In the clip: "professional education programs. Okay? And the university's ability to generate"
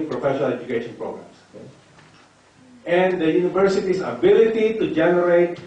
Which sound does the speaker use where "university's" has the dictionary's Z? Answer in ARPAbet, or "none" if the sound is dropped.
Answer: S